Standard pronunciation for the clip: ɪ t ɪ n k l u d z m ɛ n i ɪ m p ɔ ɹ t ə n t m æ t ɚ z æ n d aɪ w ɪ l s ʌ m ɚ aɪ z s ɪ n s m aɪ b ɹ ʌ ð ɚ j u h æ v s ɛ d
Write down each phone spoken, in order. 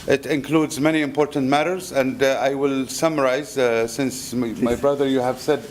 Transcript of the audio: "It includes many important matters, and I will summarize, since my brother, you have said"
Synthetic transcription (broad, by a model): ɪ t ɪ n k l u d z m ɛ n i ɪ m p ɔ ɹ t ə n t m æ t ɚ z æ n d aɪ w ɪ l s ʌ m ɚ aɪ z s ɪ n s m aɪ b ɹ ʌ ð ɚ j u h æ v s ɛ d